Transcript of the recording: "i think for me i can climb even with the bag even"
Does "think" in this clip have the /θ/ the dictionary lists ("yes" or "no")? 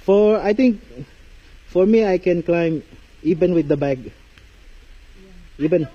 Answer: no